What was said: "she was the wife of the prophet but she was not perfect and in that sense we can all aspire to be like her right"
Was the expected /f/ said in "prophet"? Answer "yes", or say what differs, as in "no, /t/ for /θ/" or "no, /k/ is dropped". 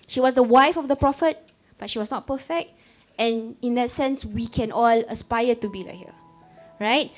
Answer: yes